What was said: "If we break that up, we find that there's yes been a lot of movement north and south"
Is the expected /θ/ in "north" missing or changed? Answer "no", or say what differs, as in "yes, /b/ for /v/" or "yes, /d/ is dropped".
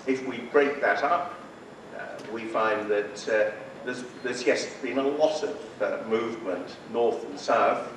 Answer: no